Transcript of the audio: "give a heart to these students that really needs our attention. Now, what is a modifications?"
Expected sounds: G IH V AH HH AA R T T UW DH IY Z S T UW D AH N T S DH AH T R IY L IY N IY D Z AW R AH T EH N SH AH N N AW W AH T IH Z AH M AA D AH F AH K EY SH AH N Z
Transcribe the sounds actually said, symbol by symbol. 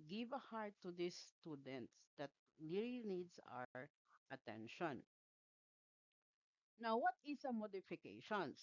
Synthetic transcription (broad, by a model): G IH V AH HH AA R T T UW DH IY S T UW D AH N T S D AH T L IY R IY N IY D S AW R AH T EH N SH AH N N AW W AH T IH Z AH M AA D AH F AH K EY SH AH N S